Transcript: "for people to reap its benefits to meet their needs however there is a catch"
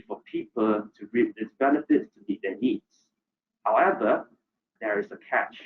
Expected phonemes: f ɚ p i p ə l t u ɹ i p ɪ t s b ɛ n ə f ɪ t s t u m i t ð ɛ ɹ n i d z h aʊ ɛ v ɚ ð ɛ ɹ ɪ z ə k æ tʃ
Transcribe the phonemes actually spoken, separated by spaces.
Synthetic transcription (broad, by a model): f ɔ p i p ə l t u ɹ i ɪ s b ɛ n ə f ɪ t s t u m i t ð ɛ n i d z h aʊ ɛ v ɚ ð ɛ ɹ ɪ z ə k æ tʃ